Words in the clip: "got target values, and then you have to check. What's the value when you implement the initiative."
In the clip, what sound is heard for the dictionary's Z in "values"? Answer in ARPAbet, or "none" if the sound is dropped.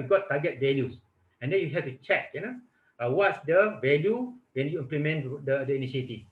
S